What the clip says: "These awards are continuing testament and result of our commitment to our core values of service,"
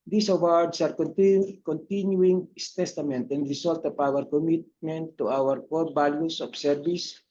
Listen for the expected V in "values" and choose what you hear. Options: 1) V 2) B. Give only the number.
2